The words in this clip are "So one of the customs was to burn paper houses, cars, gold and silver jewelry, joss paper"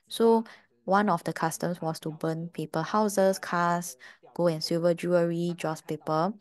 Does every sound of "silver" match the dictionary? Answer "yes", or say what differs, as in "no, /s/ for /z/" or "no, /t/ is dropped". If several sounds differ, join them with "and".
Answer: no, /l/ is dropped